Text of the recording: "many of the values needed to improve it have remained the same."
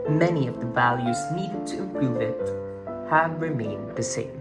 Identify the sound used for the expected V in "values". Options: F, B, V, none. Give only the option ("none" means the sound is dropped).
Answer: V